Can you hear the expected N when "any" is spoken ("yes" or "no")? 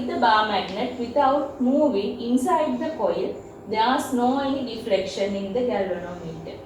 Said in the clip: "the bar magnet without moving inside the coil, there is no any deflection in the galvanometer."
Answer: no